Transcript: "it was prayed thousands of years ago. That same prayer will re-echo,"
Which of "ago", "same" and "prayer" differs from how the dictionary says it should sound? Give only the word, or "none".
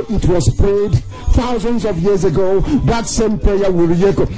prayer